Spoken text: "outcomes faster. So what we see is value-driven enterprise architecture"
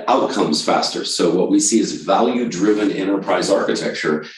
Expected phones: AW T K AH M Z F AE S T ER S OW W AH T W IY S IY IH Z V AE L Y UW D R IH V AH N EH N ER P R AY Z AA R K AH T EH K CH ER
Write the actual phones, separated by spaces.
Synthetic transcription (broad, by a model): AW T K AH M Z F AE S T ER S OW W AH T W IY S IY IH Z V AE L Y UW D R IH V AH N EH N ER P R AY Z AA R K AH T EH K CH ER